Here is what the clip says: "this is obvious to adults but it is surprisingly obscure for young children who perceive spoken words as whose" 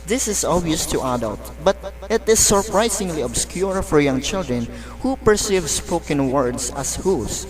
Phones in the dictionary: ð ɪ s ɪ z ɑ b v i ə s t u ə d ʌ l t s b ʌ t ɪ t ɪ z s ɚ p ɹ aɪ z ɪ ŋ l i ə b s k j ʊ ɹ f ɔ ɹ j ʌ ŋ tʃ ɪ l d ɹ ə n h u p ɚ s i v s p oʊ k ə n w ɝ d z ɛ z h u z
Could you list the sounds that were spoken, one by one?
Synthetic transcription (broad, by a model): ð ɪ s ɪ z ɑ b i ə s t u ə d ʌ l t b ʌ t ɪ t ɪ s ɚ p ɹ aɪ s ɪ ŋ l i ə b s k j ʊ ɹ f ɔ ɹ j ʌ ŋ tʃ ɪ l d ɹ ə n h u p ɚ s i v s p oʊ k ə n w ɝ d s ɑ s h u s